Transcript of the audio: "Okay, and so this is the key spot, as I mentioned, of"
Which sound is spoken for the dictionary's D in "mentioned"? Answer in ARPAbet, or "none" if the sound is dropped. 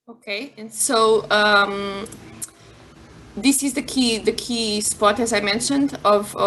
D